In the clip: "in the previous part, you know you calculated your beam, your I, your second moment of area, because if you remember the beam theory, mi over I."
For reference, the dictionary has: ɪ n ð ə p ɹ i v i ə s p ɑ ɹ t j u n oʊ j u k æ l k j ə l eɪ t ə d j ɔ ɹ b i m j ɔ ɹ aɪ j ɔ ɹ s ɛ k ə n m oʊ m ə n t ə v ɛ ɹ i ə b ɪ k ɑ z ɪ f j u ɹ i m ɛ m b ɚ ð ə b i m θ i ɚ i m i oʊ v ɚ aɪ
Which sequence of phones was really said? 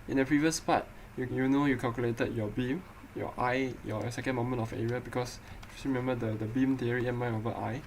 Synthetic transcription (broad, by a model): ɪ n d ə p ɹ i v i ə s p ɑ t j j u n oʊ j u k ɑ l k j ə l eɪ t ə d j ɔ b i m j ɔ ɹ aɪ j ɔ s ɛ k ə n m oʊ m ə n t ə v ɛ ɹ i ə b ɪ k ɑ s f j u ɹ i m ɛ m b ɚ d ə b i m t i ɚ i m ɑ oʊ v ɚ aɪ